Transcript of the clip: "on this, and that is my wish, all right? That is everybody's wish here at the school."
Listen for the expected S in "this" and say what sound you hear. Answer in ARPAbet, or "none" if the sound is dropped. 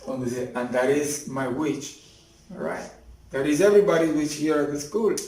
none